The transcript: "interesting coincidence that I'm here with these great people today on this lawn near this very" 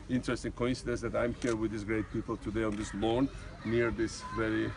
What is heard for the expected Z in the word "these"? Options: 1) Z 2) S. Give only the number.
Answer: 2